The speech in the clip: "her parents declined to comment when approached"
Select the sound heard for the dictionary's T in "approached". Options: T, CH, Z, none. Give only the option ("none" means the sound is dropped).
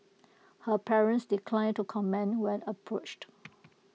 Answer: T